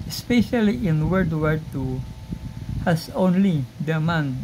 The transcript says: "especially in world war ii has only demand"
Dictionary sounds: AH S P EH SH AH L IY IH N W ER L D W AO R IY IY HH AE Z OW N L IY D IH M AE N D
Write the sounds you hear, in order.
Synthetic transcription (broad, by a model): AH S P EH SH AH L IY IH N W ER D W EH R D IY HH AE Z OW N L IY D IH M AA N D